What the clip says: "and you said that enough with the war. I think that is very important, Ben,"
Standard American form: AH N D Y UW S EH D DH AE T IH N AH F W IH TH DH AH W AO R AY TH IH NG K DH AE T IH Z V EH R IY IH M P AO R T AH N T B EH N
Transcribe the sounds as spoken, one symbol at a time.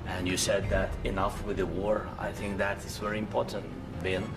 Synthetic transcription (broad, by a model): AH N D Y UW S EH D DH AE T IH N AH F W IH DH AH W AO R AY TH IH NG K DH AE T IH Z V EH R IY IH M P AO R T AH N T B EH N